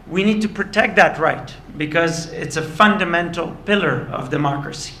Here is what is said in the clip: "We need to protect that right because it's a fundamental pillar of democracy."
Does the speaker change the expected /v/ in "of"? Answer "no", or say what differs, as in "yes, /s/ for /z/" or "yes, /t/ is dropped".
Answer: no